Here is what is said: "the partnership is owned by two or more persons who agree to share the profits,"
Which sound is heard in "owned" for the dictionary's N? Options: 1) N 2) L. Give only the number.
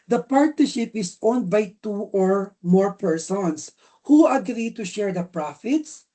1